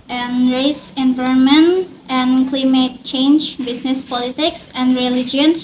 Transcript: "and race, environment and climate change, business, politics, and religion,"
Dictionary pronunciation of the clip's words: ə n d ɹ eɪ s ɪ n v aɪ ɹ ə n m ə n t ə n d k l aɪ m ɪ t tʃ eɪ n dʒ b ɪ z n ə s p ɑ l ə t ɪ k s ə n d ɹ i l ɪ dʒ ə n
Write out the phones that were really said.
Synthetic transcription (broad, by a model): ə n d ɹ eɪ s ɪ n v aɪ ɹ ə n m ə n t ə n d k l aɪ m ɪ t tʃ eɪ n dʒ b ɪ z n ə s p ɑ l ə t ɪ k s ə n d ɹ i l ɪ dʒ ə n